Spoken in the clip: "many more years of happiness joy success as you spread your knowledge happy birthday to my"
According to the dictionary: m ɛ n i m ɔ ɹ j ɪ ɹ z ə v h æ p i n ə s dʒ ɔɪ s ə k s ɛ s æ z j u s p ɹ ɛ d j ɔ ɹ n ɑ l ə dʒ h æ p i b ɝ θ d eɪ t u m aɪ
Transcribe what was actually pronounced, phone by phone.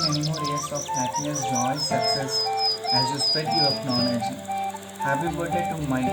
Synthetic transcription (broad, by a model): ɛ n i m ɔ ɹ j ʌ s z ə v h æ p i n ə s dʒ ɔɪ s ə k s ɛ s æ z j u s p ɛ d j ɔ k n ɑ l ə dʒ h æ b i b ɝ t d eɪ t u m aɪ